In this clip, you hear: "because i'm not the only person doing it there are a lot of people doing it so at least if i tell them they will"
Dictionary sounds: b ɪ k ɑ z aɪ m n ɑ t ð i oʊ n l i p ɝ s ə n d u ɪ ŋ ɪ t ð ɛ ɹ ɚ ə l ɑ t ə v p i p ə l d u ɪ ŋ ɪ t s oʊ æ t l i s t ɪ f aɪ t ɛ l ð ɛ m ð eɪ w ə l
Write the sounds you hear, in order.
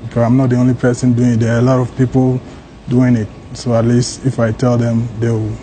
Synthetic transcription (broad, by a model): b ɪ k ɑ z aɪ m n ɑ t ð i oʊ n l i p ɝ s ə n d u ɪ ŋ ɪ t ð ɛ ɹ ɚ ə l ɑ t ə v p i p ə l d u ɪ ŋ ɪ t s oʊ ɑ t l i s t ɪ f aɪ t ɛ l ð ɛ m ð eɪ w